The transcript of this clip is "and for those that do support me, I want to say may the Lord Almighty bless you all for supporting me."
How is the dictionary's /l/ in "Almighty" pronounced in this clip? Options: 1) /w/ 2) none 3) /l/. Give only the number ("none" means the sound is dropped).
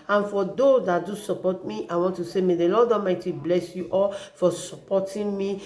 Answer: 2